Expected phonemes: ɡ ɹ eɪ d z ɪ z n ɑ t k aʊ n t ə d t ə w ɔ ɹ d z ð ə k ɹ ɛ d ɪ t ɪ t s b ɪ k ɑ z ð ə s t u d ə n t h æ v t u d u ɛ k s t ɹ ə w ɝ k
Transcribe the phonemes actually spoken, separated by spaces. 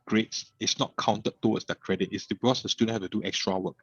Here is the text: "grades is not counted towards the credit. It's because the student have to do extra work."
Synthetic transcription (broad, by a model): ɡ ɹ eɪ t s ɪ s n ɑ t k aʊ n t ə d t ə w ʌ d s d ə k ɹ ɛ d ɪ t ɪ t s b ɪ k ɑ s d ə s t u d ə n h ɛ f t u d u ɛ k s t ɹ ə w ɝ k